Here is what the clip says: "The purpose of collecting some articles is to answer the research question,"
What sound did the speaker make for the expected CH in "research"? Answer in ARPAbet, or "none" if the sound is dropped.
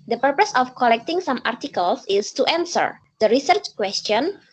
CH